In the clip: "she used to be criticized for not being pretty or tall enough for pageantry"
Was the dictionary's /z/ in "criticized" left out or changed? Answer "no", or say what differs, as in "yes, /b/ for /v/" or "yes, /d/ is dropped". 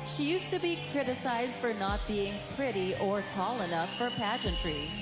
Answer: no